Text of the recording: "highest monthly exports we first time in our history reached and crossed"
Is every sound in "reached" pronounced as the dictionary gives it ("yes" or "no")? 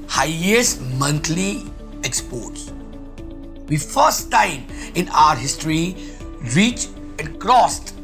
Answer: no